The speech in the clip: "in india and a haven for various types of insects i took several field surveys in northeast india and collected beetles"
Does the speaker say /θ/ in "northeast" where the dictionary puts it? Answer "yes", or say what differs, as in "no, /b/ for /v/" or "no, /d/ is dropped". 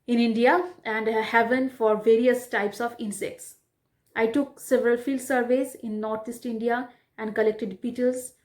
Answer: no, /t/ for /θ/